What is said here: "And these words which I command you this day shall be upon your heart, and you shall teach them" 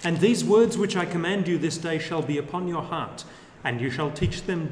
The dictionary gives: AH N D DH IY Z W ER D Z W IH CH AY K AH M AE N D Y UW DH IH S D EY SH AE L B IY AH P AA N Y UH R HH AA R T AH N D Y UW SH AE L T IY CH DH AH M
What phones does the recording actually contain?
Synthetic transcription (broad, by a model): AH N DH IY Z W ER D Z W IH CH AY K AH M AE N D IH DH IH S D EY SH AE L B IY AH P AA N Y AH R HH AA R T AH N Y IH SH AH L T IY CH DH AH M